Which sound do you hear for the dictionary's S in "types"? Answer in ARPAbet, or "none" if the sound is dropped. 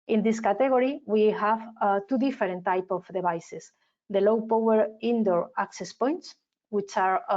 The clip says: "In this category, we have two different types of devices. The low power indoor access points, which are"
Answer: none